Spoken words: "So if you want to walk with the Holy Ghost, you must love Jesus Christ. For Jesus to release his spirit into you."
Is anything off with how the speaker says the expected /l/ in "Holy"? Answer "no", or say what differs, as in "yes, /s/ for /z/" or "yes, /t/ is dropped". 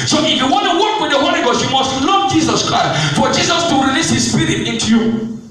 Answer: yes, /n/ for /l/